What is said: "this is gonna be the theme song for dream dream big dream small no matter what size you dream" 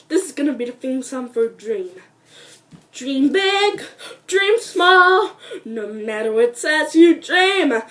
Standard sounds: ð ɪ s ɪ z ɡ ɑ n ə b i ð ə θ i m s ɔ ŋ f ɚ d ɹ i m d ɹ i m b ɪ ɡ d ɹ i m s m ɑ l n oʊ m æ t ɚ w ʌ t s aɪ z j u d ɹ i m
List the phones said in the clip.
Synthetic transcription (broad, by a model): ð ɪ s ɪ z ɡ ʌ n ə b i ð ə f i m s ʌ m f ɚ d ɹ i m d ɹ i m b ɪ ɡ d ɹ i m s m ɑ l n oʊ m æ t ɚ w ʌ t s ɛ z j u d ɹ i m